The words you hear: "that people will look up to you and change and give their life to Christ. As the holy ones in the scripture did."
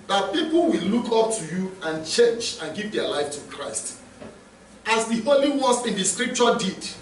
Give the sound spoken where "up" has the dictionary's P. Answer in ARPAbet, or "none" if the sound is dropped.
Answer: P